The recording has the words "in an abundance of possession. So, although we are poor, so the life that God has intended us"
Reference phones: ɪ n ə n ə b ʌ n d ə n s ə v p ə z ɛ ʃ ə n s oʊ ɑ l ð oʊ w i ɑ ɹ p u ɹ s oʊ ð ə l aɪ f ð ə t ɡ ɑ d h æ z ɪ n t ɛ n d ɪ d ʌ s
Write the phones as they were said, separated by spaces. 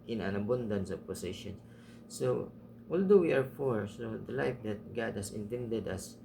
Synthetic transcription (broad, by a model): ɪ n ə n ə b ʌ n d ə n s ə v p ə s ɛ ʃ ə n s oʊ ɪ l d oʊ w i ɑ ɹ f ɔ ɹ s oʊ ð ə l aɪ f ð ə t ɡ ɑ d h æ s ɪ n t ɛ n d ɪ d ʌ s